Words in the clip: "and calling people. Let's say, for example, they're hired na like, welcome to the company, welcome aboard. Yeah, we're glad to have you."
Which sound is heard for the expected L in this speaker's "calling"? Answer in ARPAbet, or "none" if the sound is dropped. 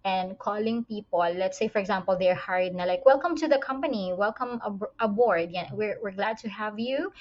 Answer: L